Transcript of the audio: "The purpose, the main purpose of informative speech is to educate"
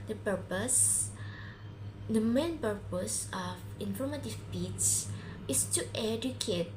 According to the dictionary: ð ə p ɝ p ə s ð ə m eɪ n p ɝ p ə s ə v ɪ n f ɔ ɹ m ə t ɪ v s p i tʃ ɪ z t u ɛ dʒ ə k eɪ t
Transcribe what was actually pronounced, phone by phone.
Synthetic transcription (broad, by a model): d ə p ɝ p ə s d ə m eɪ n p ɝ p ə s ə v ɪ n f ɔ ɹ m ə t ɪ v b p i s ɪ s t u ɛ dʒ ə k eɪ t